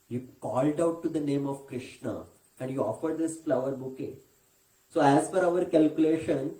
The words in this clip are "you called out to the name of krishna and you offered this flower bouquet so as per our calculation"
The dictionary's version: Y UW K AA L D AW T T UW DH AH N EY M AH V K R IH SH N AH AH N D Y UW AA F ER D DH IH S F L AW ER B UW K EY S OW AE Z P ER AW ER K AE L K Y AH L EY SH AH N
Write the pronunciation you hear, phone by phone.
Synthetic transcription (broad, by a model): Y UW K AA L D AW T T UW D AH N EY M AH V K R IH SH N AH AH N D Y UW AA F ER D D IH S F L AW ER B UW K EY S OW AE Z F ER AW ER K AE L K Y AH L EY SH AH N